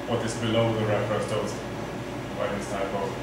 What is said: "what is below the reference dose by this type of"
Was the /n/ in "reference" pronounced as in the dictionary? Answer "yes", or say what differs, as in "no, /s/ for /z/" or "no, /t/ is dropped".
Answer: no, /n/ is dropped